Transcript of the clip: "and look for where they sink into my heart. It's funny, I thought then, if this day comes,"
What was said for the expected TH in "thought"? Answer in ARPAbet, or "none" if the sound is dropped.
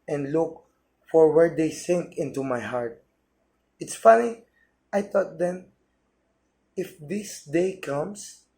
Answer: T